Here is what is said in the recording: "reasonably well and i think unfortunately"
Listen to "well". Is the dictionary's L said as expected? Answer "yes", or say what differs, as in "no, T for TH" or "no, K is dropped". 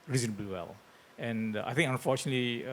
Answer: yes